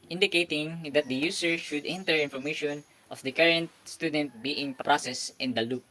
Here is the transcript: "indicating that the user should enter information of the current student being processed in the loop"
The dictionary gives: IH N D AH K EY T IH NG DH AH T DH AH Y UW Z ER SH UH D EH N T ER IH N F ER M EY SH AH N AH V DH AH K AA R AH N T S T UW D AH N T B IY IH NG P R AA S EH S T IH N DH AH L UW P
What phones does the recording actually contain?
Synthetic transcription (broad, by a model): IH N D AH K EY T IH NG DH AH T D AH Y UW S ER SH UH D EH N T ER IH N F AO M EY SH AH N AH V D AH K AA R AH N T S T UW D AH N T B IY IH NG P R AA S EH S T IH N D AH L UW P